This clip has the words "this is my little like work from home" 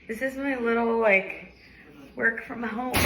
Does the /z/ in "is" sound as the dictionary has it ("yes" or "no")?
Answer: yes